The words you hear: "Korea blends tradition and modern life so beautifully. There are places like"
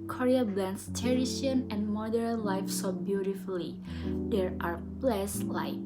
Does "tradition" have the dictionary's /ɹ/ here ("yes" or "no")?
no